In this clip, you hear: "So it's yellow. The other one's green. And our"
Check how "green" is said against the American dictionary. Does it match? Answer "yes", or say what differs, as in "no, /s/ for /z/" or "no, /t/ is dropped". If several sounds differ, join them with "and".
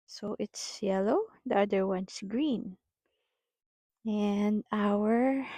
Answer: yes